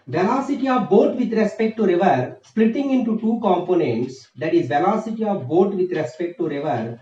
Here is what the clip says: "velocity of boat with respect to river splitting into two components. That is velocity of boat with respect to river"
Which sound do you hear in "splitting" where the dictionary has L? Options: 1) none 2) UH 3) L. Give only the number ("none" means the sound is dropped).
3